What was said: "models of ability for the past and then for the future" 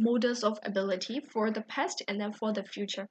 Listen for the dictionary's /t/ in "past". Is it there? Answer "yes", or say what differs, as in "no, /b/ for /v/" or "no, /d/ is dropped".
yes